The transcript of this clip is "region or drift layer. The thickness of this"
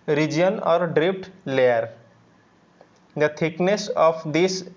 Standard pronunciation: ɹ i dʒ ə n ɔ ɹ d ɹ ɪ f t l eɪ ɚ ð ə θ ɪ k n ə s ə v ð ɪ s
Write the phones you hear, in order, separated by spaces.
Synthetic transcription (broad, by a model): ɹ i dʒ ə n ɔ ɹ d ɹ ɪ p t l eɪ ɚ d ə t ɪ k n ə s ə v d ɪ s